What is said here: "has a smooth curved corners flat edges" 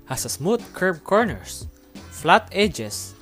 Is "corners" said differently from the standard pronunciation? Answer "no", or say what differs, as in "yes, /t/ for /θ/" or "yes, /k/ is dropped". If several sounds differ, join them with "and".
yes, /s/ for /z/